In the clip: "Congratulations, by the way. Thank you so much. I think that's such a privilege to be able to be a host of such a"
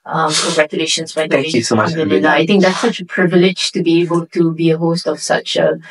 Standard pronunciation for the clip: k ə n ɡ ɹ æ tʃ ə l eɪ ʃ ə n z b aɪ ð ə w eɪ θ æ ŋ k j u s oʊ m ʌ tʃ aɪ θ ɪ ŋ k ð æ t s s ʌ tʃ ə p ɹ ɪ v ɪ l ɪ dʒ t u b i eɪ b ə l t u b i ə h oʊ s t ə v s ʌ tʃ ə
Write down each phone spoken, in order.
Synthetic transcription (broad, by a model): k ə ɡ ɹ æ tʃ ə l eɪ ʃ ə n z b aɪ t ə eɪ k j u s oʊ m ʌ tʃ aɪ t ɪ ŋ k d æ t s s ʌ tʃ ə p ɹ ɪ v ɪ l ɪ dʒ t u b i eɪ b ə l t u b i ə h oʊ s t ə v s ʌ tʃ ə